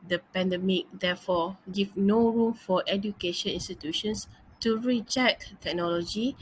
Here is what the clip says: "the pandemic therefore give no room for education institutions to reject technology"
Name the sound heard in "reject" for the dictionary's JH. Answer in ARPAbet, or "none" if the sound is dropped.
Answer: CH